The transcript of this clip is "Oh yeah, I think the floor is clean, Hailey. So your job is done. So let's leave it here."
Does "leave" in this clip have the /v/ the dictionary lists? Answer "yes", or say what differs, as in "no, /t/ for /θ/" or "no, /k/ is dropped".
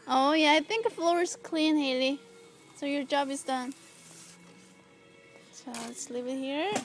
no, /p/ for /v/